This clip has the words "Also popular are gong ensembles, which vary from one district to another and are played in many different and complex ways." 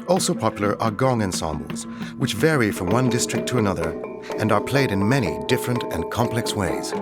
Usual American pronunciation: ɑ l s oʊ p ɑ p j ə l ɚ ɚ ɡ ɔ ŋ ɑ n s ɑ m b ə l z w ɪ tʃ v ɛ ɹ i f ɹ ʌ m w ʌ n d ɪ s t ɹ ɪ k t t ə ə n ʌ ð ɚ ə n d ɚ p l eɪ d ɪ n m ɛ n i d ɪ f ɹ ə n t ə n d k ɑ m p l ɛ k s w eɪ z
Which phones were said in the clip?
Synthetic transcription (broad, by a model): ɑ l s oʊ p ɑ p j l ɚ ɚ ɡ ɔ ŋ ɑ n s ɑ m b l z w ɪ tʃ v ɛ ɹ i f ɹ ʌ m w ʌ n d ɪ s t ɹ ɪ k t t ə ə n ʌ ð ɚ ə n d ɚ p l eɪ d ɪ n m ɛ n i d ɪ f ɹ ə n t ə n k ɑ m p l ɛ k s w eɪ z